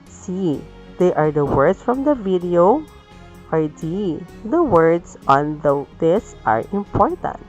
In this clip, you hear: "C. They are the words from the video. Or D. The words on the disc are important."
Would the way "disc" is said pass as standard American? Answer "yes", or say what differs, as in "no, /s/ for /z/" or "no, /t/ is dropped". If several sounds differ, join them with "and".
no, /k/ is dropped